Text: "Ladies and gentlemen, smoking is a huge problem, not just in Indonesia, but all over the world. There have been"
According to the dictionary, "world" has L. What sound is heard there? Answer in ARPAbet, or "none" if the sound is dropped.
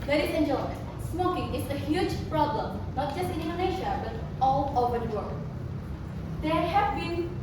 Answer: none